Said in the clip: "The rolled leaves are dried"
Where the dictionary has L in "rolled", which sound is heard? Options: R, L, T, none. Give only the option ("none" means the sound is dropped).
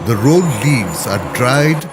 none